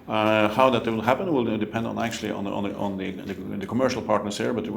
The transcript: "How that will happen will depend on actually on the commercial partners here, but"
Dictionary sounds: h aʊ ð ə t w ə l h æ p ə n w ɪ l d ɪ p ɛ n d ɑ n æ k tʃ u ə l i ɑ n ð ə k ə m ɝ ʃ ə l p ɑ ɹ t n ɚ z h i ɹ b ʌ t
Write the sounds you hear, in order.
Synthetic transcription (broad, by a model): h aʊ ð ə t w ə l h æ p ə n w ɪ l d ɪ p ɛ n d n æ k tʃ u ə n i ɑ n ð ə k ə m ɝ ʃ l p ɑ ɹ t n ɚ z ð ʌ ɹ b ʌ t